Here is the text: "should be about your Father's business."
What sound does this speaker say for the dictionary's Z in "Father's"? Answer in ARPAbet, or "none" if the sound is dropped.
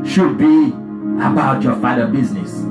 none